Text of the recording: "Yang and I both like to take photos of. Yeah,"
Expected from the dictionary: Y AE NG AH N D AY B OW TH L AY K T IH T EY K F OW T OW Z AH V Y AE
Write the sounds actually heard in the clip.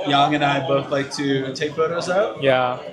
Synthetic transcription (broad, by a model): Y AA NG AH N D AY B OW TH L AY K T IH T EY K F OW T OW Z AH P Y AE